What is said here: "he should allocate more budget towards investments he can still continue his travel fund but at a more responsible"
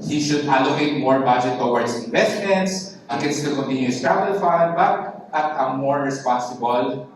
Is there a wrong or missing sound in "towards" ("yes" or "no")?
yes